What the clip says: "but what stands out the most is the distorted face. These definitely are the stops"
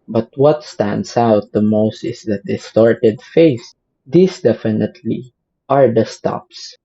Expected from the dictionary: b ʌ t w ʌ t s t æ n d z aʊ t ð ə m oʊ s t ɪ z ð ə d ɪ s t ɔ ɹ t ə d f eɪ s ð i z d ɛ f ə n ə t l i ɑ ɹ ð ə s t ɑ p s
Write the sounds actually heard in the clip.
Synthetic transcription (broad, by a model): b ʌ t w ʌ t s t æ n d s aʊ t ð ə m oʊ s t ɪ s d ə d ɪ s t ɔ ɹ t ə d f eɪ s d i s d ɛ f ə n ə t l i ɑ ɹ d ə s t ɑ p s